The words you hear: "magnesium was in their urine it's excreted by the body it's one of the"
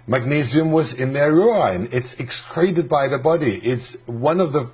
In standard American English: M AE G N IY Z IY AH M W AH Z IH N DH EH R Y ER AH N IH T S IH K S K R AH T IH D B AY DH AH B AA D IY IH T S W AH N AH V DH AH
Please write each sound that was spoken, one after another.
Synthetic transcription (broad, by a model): M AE G N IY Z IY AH M W AH Z IH N DH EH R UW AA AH N IH T S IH K S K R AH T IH D B AY DH AH B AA D IY IH T S W AH N AH V DH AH